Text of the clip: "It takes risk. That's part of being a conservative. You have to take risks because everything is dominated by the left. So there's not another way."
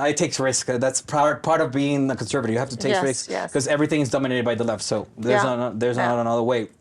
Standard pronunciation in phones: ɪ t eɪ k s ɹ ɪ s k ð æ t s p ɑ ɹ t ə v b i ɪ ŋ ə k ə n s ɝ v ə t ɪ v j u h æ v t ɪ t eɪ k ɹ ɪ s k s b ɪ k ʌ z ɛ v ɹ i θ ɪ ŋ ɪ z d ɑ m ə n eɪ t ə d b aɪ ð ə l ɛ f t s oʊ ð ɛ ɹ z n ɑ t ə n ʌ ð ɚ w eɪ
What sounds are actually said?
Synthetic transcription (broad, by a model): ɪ t eɪ k s ɹ ɪ s k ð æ t s p ɑ ɹ t ə v b i ɪ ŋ ə k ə n s ɝ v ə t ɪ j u h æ f t ɪ t eɪ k ɹ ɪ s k k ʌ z ɛ v ɹ i θ ɪ ŋ ɪ z d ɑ m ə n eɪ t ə d b aɪ ð ə l ɛ f t s oʊ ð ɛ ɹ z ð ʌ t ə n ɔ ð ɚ w eɪ